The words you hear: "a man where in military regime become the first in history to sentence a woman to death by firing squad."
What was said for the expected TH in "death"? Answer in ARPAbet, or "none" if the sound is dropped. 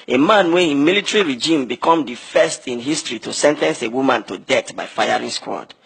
T